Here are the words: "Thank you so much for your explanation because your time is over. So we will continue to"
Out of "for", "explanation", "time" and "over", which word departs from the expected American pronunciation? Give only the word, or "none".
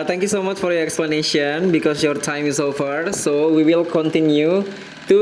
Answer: over